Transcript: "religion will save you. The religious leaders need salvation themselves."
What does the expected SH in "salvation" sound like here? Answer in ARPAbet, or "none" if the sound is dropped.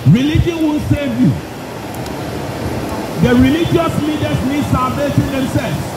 S